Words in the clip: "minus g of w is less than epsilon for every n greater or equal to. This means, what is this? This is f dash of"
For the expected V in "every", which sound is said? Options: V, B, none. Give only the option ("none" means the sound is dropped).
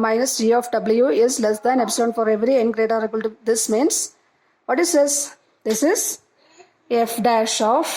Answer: V